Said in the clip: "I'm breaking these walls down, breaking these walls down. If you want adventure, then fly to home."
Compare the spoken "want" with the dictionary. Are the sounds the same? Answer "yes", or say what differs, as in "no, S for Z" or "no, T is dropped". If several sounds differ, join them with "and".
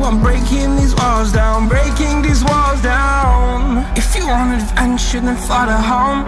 no, T is dropped